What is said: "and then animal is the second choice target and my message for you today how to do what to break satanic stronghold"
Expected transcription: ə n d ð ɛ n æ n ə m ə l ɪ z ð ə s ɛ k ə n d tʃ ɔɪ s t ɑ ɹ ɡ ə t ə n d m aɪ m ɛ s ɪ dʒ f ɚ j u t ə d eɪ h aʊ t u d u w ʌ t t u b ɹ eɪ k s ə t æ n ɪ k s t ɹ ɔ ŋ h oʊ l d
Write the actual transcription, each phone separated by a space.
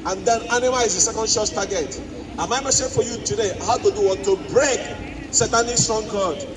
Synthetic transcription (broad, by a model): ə n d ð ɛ n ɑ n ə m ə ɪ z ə s ɛ k ə n d ʃ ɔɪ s t ɑ ɡ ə t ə m aɪ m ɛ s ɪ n f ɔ j u t ə d eɪ h aʊ t u d u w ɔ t t u b ɹ eɪ k s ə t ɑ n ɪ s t ɹ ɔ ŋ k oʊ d